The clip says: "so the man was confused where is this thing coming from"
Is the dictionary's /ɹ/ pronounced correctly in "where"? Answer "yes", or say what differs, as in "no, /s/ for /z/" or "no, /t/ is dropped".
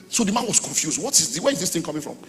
no, /w/ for /ɹ/